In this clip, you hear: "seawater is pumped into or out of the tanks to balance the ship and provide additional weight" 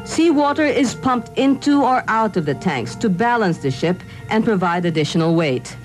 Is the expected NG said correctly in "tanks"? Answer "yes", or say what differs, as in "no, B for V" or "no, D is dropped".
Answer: yes